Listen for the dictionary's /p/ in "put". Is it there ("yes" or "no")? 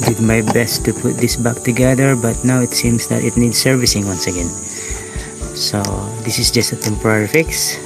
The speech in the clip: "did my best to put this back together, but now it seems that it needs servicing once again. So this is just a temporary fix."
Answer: yes